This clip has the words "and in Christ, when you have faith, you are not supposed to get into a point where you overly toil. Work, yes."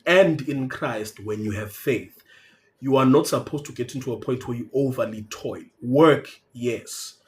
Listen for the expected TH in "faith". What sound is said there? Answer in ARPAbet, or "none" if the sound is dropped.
TH